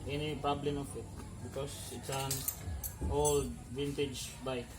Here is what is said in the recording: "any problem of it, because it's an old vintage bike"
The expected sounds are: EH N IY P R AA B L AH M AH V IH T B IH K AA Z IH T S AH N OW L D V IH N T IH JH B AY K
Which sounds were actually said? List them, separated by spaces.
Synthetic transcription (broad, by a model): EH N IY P AA B L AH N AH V IH T B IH K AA S IH T S AH N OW L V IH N T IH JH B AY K